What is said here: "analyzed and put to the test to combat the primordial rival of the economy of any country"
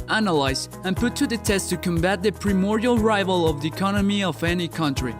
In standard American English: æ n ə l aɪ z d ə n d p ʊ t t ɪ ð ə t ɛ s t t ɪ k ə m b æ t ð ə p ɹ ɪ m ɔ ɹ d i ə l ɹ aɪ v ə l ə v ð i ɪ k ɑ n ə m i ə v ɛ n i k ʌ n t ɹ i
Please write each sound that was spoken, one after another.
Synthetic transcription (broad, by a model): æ n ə l aɪ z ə n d p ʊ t t ɪ ð ə t ɛ s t t ɪ k ə m b æ t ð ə p ɹ ɪ m ɔ ɹ d i ə l ɹ aɪ v ə l ə v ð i ɪ k ɑ n ə m i ə v ɛ n i k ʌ n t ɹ i